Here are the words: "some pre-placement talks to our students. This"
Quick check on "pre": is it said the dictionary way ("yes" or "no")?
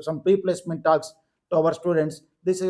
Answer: no